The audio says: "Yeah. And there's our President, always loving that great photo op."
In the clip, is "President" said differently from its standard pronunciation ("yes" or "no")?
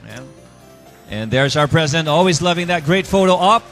no